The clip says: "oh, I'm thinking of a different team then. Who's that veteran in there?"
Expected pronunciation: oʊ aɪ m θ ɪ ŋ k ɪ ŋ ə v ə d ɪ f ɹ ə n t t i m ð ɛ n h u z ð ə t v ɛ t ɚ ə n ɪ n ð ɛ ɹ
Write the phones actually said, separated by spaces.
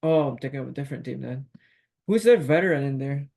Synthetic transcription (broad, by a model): oʊ aɪ m t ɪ k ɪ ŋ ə ə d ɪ f ɹ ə n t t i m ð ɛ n h u z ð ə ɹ v ɛ t ɚ ə n ɪ n ð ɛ ɹ